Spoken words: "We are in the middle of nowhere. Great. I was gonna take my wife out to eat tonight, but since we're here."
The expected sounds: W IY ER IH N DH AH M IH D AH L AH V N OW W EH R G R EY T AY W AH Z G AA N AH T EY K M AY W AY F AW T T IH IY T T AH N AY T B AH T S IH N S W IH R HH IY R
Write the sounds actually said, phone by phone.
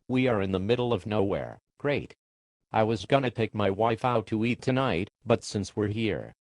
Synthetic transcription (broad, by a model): W IY ER IH N DH AH M IH D L AH V N OW W EH R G R EY T AY W AH Z G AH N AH T EY K M AY W AY F AW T T IH IY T T AH N AY T B AH T S IH N S W IH R HH IY R